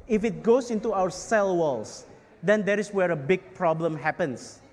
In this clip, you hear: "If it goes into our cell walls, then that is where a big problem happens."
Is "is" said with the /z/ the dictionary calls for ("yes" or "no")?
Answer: no